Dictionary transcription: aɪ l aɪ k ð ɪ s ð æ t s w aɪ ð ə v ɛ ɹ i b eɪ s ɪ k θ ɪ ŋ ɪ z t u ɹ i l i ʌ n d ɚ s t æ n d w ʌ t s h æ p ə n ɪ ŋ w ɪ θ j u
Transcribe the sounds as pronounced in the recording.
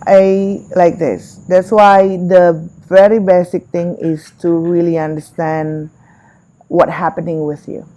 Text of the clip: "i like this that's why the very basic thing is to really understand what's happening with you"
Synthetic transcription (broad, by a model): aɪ l aɪ k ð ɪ s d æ t s w aɪ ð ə v ɛ ɹ i b eɪ s ɪ k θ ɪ ŋ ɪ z t u ɹ i l i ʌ n d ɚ s t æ n d w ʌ t h æ p ə n ɪ ŋ w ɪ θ j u